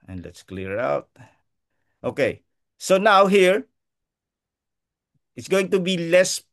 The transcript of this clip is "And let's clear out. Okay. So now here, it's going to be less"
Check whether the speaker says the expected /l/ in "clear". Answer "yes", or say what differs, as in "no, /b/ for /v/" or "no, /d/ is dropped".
yes